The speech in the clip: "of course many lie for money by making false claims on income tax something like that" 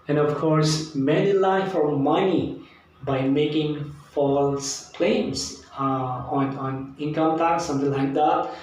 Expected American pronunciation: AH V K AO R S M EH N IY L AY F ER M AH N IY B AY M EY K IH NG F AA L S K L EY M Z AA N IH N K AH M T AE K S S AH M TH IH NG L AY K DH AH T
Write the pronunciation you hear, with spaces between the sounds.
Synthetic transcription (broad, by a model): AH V K AO R S M EH N IY L AY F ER M AH N IY B AY M EY K IH NG F AA L S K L EY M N AA N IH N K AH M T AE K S S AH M T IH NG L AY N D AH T